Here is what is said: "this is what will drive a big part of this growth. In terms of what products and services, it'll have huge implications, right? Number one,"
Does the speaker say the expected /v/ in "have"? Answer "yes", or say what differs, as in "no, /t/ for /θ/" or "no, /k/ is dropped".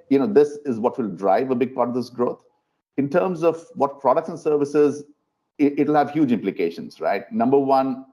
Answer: yes